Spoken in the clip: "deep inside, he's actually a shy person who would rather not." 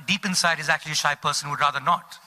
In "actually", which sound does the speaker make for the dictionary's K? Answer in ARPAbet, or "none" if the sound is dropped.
K